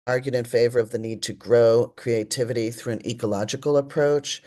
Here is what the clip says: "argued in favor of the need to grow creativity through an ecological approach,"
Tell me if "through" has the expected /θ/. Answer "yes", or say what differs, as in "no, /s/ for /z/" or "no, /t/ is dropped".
yes